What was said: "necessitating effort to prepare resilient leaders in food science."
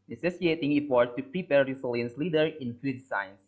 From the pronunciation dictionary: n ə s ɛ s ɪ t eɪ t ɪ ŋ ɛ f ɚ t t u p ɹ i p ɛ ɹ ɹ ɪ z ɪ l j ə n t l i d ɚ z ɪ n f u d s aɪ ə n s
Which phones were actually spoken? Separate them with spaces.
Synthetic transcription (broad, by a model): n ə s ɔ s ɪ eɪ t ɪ ŋ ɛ p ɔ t t u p ɹ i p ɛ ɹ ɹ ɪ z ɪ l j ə n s l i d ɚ ɪ n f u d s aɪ n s